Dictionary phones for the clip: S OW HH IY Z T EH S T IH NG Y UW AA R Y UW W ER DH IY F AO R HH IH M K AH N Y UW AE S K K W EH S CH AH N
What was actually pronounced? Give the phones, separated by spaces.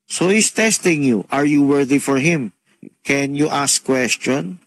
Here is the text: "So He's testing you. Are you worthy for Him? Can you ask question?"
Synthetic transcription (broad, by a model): S OW HH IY S T EH S T IH NG Y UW AA R Y UW W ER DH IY F AO R HH IH M K AH N Y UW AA S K K W EH S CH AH N